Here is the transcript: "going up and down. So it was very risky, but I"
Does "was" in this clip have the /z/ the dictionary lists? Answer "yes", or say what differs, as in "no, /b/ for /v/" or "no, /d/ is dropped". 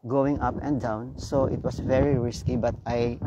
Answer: no, /s/ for /z/